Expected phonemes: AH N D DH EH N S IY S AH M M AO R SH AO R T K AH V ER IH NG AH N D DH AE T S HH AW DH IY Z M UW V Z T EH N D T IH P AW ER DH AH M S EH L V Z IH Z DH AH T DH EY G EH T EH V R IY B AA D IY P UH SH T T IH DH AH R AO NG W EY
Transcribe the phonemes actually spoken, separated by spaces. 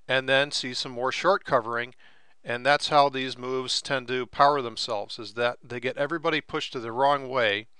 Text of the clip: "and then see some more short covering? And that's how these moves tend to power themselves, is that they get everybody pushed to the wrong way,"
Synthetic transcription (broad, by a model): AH N DH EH N S IY S AH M M AO R SH AO R T K AH V ER IH NG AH N DH AE T S HH AW DH IY Z M UW V Z T EH N T IH P AW ER DH AH M S EH L V Z IH Z DH AH T DH EY G EH T EH V R IY B AA D IY P UH SH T T IH DH AH R AO NG W EY